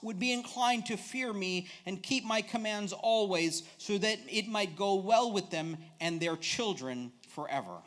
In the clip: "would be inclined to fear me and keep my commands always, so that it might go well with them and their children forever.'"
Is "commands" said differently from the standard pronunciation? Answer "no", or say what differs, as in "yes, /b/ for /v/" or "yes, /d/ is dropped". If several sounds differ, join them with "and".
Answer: no